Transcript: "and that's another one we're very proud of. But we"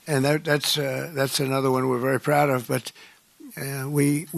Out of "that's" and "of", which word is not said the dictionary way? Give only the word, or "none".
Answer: none